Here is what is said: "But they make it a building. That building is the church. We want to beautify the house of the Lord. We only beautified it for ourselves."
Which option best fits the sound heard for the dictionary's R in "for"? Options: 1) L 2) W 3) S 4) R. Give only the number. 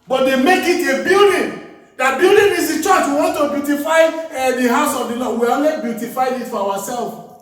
2